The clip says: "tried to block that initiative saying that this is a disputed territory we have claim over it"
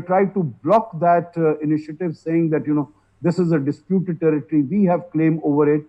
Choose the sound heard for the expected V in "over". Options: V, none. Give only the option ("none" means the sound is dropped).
V